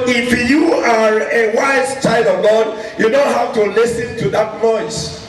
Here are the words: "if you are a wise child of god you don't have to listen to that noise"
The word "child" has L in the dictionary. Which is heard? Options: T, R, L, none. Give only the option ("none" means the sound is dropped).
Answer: L